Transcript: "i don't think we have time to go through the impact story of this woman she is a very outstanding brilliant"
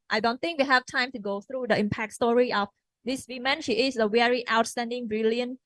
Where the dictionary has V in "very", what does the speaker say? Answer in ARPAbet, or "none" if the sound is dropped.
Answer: W